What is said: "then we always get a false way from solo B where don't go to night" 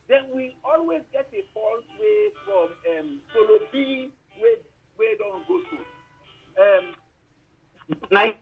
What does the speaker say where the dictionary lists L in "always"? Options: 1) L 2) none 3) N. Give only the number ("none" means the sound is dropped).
1